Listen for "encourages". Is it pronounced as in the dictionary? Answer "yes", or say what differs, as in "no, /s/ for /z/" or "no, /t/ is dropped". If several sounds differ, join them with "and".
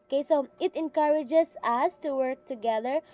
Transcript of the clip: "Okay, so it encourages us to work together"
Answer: no, /s/ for /z/